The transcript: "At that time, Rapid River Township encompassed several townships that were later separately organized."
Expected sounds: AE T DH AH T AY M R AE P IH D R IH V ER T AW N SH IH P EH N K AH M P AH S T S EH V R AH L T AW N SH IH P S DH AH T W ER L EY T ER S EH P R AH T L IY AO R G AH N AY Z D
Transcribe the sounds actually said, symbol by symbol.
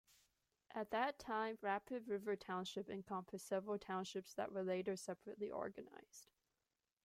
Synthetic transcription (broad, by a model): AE T DH AH T AY M R AE P IH D R IH V ER T AW N SH IH P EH N K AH M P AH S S EH V R L T AW N SH IH P S DH AH T W ER L EY T ER S EH P R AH T L IY AO R G AH N AY Z D